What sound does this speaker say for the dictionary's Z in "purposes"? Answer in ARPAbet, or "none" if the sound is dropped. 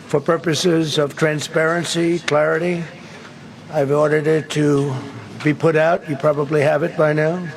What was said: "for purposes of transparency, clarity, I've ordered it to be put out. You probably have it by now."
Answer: Z